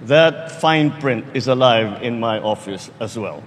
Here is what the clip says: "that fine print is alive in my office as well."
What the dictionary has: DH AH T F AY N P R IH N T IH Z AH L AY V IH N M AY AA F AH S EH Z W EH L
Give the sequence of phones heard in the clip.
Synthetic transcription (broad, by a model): DH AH T F AY N P R IH N T IH Z AH L AY V IH N M AY AA F AH S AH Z W EH L